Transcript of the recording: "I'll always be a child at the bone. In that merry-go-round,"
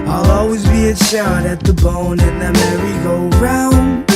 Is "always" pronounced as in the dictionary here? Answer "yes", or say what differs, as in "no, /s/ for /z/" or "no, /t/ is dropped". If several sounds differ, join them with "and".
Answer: yes